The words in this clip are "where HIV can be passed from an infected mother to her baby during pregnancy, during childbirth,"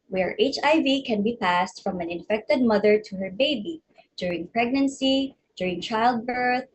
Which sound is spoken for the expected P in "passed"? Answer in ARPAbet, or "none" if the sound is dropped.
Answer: P